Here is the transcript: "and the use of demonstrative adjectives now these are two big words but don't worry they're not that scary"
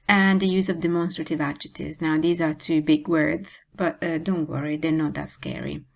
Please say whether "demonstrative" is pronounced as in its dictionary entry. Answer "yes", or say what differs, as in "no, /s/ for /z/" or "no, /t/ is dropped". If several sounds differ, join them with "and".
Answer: yes